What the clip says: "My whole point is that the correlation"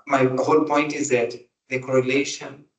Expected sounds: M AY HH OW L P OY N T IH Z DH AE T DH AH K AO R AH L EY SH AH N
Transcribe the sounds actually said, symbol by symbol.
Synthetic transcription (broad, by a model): M AY HH OW L P OY N T IH Z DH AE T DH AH K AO R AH L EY SH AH N